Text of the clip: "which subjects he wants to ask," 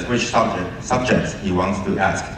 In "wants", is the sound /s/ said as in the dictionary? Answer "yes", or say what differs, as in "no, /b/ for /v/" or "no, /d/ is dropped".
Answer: yes